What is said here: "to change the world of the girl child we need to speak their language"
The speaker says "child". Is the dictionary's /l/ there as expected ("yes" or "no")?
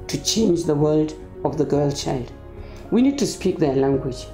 yes